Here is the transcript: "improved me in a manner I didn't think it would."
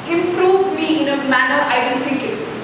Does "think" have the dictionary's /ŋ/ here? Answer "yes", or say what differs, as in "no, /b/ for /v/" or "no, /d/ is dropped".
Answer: no, /ŋ/ is dropped